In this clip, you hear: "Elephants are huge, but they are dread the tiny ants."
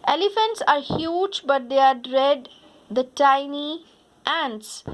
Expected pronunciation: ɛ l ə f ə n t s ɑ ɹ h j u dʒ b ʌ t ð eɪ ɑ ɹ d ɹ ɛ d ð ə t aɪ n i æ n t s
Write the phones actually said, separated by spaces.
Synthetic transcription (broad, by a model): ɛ l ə f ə n t s ɑ ɹ h j u dʒ b ʌ t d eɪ ɑ ɹ d ɹ ɛ d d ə t aɪ n i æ n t s